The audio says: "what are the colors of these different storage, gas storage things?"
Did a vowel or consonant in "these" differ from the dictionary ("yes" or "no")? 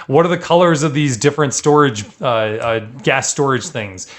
no